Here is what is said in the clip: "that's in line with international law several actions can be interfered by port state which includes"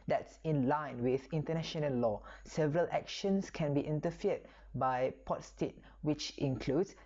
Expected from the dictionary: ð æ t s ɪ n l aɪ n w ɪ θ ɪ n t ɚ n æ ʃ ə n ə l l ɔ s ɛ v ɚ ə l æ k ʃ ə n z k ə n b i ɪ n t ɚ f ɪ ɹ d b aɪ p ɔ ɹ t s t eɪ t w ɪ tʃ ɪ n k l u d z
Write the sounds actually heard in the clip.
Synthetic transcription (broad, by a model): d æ t s ɪ n l aɪ n w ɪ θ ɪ n t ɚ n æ ʃ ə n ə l l ɔ s ɛ v ɚ ə l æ k ʃ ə n s k ə n b i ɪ n t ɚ f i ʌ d b aɪ p ɔ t s t eɪ t w ɪ tʃ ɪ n k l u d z